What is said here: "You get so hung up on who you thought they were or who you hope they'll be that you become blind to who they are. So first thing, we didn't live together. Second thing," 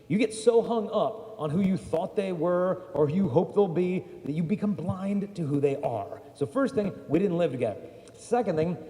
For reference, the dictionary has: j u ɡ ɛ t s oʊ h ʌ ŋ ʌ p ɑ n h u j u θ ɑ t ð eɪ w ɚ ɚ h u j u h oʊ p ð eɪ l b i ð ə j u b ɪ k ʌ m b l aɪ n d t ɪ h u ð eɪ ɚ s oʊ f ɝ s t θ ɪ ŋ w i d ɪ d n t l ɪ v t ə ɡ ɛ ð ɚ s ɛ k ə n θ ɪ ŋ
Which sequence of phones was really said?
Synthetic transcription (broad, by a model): j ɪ ɡ ɛ t s oʊ h ʌ ŋ ʌ p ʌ n h u j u θ ɑ t ð eɪ w ɚ ɚ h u j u h oʊ p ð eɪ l b i ð ə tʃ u b ɪ k ʌ m b l aɪ n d t ɪ h u ð eɪ ɚ s oʊ f ɝ s t θ ɪ ŋ w i d ɪ d n t l ɪ v t ə ɡ ɛ ð ɚ s ɛ k ə n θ ɪ ŋ